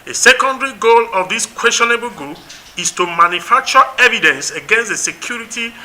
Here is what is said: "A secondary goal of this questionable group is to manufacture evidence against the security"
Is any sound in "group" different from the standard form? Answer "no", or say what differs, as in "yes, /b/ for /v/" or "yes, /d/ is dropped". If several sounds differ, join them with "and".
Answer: yes, /ɹ/ is dropped